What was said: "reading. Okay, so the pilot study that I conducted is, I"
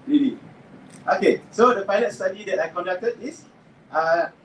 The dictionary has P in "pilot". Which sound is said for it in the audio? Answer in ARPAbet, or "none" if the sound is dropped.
F